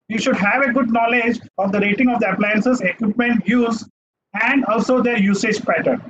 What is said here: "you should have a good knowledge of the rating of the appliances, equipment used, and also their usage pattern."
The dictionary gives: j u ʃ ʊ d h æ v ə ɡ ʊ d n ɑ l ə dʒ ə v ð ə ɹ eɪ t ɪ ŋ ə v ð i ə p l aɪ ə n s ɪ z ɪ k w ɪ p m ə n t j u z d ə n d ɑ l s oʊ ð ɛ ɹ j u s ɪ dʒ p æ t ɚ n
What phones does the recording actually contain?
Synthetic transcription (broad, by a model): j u ʃ ʊ d h æ v ə ɡ ʊ d n ɑ l ə dʒ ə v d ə ɹ eɪ t ɪ ŋ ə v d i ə p l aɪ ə n s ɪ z ɪ k w ɪ p m ə n t j u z ə n d ɑ l s oʊ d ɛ ɹ j u s ɪ dʒ p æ t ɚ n